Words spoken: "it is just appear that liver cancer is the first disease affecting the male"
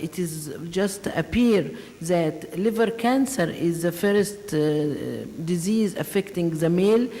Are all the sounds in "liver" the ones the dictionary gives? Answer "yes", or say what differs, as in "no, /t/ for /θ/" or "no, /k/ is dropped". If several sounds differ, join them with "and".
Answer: yes